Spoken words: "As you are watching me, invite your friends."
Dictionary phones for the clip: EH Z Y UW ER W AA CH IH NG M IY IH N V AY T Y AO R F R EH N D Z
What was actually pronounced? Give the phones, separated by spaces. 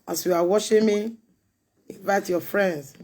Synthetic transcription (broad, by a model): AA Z Y UW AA W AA SH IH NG M IY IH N V AY T Y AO F R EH N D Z